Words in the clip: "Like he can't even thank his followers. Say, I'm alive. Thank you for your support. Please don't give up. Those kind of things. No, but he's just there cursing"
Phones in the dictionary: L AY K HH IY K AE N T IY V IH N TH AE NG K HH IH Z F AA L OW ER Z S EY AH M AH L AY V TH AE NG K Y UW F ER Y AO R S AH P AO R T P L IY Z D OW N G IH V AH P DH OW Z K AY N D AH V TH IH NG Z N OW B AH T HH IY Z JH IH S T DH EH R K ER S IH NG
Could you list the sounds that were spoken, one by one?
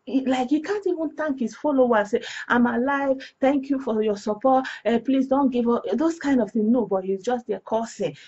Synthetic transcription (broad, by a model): L AY K HH IY K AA N T IY V IH N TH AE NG K HH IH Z F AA L OW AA S EY AH M AH L AY V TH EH NG K Y UW F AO Y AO S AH P AO T P L IY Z D OW N G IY V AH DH OW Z K AY N D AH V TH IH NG N OW B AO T HH IY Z JH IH S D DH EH K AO S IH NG